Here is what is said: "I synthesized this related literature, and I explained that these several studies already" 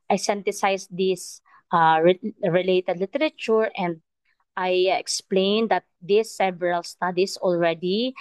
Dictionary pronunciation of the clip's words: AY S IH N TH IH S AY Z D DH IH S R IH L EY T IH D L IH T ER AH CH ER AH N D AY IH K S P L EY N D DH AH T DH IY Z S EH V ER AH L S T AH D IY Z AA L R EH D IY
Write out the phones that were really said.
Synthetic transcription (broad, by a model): AY S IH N T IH S AY S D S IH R R IH L EY T IH D L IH T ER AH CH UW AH N D AY IH K S P L EY N D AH T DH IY S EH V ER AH L S T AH D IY S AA L R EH D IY